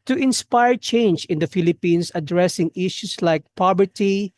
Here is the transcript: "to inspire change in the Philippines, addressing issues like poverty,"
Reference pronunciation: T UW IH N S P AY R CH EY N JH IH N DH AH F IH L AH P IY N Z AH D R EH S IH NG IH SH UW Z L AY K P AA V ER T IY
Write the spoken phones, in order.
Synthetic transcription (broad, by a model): T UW IH N S P AY R CH EY N JH IH N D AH F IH L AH P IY N S AH D R EH S IH NG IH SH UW S L AY K P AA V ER T IY